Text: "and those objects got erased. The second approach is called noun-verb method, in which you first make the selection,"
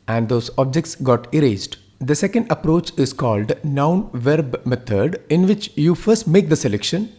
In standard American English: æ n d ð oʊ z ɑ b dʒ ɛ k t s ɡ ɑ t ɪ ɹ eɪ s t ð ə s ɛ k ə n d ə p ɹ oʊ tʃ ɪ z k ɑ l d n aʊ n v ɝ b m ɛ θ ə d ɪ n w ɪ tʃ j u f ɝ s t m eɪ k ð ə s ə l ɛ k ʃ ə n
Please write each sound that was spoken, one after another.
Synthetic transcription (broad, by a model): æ n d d oʊ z ɑ b dʒ ɛ k t s ɡ ɑ t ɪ ɹ eɪ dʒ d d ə s ɛ k ə n d ə p ɹ oʊ tʃ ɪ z k ɑ l d n aʊ n v ɝ b m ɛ t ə d ɪ n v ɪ tʃ j u f ɝ s t m eɪ k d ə s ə l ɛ k ʃ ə n